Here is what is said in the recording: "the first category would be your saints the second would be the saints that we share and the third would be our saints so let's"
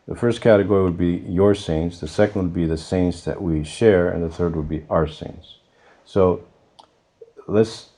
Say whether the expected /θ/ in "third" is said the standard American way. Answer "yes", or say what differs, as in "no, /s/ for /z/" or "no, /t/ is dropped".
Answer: yes